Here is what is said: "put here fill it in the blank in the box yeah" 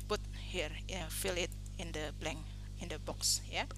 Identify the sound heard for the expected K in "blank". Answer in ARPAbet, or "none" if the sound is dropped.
none